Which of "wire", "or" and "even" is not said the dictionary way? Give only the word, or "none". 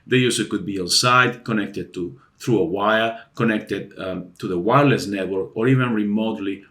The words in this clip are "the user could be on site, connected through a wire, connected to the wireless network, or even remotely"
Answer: none